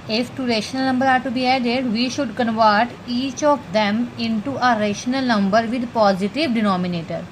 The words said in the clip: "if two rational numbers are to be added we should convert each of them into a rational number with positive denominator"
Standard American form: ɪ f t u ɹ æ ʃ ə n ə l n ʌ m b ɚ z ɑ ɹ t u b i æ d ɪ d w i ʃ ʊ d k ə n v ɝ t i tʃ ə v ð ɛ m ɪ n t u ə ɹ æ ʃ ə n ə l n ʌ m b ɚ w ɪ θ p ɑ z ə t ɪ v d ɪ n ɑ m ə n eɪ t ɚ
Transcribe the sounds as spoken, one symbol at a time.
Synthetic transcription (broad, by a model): ɪ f t u ɹ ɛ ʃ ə n ə l n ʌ m b ɚ ɑ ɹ t u b i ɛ d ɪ d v i ʃ ʊ d k ə n v ɝ t i tʃ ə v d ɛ m ɪ n t u ə ɹ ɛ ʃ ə n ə l n ʌ m b ɚ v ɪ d p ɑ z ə t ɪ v d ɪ n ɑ m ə n eɪ t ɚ